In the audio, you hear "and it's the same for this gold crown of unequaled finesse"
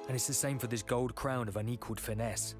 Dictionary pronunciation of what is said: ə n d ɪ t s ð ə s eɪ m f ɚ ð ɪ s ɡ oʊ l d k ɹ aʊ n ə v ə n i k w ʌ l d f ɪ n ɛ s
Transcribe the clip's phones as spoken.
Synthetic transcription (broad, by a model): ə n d ɪ t s ð ə s eɪ m f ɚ ð ɪ s ɡ oʊ l d k ɹ aʊ n ə v ə n i k w ʌ l d f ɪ n ɛ s